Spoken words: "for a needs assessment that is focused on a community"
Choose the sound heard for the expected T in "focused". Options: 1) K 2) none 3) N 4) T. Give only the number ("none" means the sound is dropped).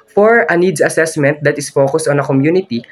2